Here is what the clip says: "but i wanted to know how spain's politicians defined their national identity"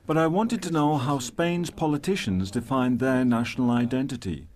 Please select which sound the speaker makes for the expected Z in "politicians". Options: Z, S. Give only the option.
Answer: Z